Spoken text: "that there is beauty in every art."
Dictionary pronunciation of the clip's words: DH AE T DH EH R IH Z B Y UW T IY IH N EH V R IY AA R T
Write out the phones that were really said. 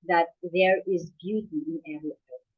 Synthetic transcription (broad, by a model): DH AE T DH EH R IH Z B Y UW T IY IH N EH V L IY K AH